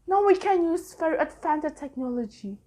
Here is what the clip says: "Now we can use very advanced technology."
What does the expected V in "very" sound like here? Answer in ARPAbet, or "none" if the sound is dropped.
F